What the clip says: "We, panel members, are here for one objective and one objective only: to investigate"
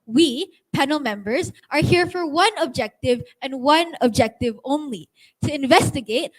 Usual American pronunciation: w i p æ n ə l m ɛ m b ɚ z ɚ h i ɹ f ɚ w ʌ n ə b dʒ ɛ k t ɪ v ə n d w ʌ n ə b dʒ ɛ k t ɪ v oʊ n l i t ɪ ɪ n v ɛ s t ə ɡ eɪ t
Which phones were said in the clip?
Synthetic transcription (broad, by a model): w i p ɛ n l m ɛ m b ɚ z ɚ h i ɹ f ɚ w ʌ n ə b dʒ ɛ k t ɪ v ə n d w ʌ n ə b dʒ ɛ k t ɪ v oʊ n l i t ɪ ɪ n v ɛ s t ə ɡ eɪ t